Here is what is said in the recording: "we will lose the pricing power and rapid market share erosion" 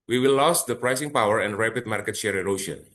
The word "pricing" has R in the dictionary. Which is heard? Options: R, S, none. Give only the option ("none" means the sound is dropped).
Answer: R